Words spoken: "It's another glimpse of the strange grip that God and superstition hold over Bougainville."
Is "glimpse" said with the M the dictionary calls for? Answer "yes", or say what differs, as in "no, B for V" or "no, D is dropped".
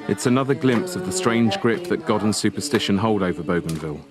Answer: yes